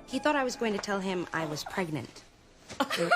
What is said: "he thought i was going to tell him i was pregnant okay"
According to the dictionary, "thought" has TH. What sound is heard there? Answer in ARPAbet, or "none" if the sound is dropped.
TH